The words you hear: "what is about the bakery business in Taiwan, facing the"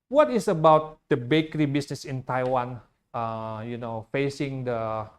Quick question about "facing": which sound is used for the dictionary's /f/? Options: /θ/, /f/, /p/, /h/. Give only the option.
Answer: /f/